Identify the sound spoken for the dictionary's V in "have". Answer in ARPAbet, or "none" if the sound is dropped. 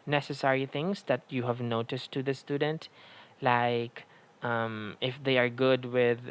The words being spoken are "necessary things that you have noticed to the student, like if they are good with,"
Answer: V